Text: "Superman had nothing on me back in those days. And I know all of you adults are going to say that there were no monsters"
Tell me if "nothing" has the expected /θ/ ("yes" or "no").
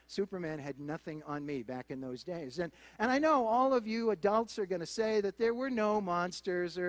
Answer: yes